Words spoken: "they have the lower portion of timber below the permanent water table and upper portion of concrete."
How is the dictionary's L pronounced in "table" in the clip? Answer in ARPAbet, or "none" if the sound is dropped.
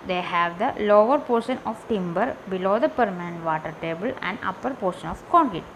L